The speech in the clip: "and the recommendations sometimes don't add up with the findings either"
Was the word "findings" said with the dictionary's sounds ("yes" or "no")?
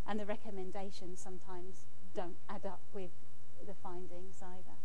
yes